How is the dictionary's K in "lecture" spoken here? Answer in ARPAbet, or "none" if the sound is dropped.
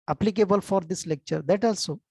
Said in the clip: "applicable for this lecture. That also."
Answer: K